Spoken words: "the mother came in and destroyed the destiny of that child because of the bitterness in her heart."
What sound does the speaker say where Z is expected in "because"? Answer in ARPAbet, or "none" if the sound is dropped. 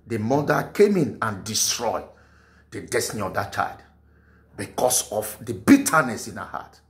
S